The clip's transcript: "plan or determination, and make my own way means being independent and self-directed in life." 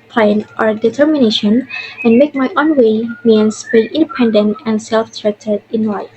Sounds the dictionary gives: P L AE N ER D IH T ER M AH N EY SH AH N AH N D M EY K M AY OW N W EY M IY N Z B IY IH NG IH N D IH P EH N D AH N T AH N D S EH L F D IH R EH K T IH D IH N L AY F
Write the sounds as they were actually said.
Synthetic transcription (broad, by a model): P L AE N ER D IH T ER M AH N EY SH AH N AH N M EY K M AY OW N W EY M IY N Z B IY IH IH N D IH P EH N D AH N T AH N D S EH L F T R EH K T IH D IH N L AY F